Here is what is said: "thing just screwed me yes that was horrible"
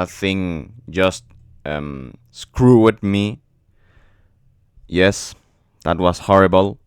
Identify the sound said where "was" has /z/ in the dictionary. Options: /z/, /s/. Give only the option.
/s/